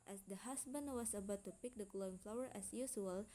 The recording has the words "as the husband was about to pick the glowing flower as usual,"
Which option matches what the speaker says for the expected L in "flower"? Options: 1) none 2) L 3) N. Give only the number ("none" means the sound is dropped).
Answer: 2